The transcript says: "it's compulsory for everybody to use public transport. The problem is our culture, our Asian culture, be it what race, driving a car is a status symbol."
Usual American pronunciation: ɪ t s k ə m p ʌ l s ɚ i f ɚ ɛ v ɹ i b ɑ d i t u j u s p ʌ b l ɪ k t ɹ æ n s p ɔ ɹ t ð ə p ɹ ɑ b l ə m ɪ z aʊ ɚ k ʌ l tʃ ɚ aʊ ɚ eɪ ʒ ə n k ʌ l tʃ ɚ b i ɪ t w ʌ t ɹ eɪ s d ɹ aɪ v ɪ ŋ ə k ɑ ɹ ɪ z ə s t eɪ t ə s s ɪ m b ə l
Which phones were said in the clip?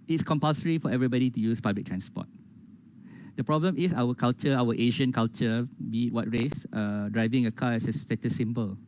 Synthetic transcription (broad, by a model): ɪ t s k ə m p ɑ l s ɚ i f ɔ ɛ v ɹ i b ɑ d i t u j u s p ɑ b l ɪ k t ɹ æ n s p ɔ t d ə p ɹ ɑ b l ə m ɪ s aʊ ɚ k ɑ l tʃ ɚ aʊ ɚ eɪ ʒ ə n k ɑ l tʃ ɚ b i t w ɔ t ɹ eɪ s d ɹ aɪ v ɪ ŋ ə k ɑ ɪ s ə s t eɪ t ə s s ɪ m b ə l